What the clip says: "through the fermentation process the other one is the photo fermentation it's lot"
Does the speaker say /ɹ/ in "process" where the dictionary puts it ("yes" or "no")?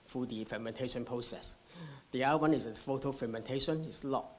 yes